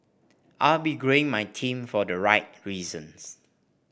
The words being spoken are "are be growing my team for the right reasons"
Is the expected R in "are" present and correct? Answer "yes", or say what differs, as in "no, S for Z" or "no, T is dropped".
no, L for R